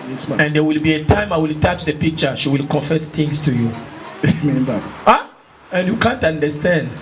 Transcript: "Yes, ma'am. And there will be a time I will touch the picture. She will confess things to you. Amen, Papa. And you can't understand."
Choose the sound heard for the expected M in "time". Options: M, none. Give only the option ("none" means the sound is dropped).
M